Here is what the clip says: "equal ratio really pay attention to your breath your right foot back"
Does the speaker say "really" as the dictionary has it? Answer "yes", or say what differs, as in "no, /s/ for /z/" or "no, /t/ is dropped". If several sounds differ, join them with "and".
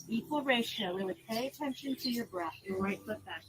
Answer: no, /w/ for /ɹ/ and /w/ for /l/